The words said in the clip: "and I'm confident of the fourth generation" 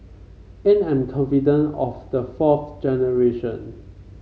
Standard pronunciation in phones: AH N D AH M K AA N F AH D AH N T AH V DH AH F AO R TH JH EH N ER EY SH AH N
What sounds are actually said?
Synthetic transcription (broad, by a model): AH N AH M K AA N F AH D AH N AH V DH AH F AO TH JH EH N ER EY SH AH N